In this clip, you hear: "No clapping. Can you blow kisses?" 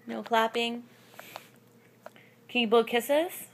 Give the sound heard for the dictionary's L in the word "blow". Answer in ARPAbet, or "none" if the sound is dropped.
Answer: none